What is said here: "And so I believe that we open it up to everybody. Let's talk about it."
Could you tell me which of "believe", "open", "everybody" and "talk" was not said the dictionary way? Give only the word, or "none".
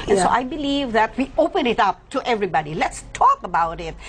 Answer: none